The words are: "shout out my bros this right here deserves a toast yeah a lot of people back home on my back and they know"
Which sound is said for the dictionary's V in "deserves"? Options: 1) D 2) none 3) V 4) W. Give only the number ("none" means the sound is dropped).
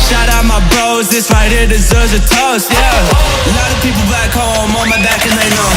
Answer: 2